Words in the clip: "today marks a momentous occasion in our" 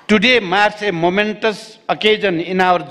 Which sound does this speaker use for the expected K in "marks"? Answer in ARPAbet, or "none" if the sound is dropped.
none